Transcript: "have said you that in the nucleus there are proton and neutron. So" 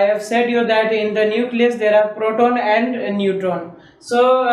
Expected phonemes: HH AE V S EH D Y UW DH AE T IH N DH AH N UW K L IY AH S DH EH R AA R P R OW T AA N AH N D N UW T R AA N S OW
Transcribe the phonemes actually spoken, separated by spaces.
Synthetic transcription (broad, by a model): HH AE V S EH D Y UW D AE T IH N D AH N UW K L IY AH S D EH R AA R P R OW T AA N AH N D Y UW T AA N S OW